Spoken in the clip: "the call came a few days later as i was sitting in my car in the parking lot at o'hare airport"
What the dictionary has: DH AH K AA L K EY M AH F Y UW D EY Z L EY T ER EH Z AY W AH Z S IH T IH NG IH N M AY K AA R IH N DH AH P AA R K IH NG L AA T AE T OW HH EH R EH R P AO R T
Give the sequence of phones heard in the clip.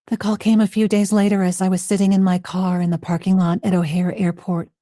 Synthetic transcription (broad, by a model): DH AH K AA L K EY M AH F Y UW D EY Z L EY T ER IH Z AY W AH Z S IH T IH NG IH N M AY K AA R IH N DH AH P AA R K IH NG L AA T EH T OW HH EH R EH R P AO R T